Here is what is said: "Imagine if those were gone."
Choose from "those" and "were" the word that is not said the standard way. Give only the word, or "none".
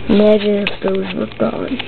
none